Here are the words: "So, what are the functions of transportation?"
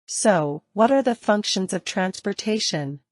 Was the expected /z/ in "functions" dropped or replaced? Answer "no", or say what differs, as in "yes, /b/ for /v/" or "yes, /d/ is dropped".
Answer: no